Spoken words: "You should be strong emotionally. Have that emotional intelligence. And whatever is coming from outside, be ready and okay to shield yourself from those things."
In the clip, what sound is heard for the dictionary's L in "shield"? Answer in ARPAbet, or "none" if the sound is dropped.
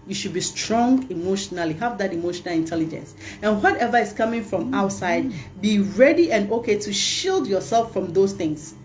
L